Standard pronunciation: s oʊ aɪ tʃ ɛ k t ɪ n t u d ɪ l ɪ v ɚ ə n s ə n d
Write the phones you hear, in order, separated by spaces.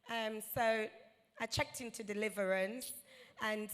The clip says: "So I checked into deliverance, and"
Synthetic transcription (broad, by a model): s oʊ aɪ tʃ ɛ k t ɪ n t u d ɪ l ɪ v ɚ ə n s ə n